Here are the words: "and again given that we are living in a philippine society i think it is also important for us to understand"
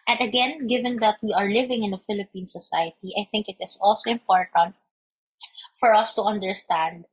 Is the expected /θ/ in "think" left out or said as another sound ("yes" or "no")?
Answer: no